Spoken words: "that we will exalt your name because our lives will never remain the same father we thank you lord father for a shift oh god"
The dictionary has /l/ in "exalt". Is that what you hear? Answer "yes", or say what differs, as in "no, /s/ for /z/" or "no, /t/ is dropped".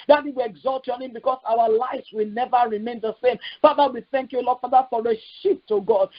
yes